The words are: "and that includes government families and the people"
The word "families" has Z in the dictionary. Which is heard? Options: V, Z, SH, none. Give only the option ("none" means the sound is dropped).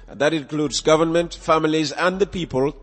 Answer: Z